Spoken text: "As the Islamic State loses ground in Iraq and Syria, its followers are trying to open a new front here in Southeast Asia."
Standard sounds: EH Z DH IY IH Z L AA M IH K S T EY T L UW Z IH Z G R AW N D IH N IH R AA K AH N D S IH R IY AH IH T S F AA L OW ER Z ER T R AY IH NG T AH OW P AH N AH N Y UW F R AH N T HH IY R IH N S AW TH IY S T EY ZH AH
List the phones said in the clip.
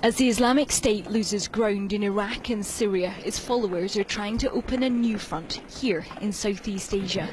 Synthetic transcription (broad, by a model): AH Z DH IY IH Z L AA M IH K S T EY T L UW Z IH Z G R AW N D IH N IH R AA K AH N S IH R IY AH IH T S F AA L OW ER Z ER T R AY IH NG T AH OW P AH N AH N Y UW F R AH N T HH IY R IH N S AW TH IY S T EY ZH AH